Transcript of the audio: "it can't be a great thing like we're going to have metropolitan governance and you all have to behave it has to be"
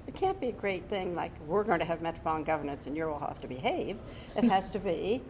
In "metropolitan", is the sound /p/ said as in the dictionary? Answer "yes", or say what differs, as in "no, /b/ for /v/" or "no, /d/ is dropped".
no, /b/ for /p/